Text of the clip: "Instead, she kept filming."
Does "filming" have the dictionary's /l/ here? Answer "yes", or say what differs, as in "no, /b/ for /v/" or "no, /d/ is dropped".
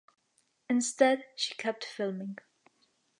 yes